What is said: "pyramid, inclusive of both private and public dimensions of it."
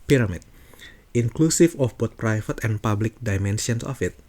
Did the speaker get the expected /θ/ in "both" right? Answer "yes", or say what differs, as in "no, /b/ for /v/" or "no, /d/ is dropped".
no, /t/ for /θ/